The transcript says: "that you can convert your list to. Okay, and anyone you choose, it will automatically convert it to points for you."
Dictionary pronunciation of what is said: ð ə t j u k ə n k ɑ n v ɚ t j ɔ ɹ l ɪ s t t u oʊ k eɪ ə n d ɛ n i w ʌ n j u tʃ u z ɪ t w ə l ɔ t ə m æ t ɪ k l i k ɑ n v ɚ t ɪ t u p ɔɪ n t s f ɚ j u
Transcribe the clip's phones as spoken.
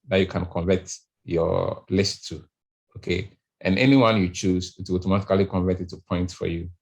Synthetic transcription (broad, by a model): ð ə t j u k ə n k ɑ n v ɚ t j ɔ l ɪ s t t u oʊ k eɪ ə n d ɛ n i w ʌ n j u tʃ u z ɪ t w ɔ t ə m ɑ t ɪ k l i k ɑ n v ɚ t ɪ t u p ɔɪ n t f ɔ j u